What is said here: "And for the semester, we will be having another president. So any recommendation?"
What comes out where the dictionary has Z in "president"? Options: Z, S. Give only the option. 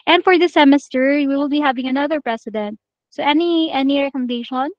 S